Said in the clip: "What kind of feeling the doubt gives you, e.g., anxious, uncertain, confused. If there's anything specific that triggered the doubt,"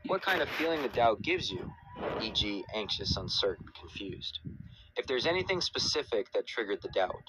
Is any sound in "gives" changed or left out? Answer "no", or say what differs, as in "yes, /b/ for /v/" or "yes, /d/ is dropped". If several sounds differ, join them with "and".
no